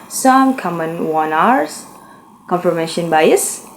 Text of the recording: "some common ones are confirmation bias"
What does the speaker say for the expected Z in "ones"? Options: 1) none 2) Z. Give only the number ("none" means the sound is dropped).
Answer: 1